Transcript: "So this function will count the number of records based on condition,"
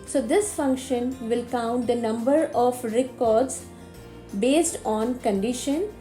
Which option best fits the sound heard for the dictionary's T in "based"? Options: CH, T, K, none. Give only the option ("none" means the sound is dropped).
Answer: T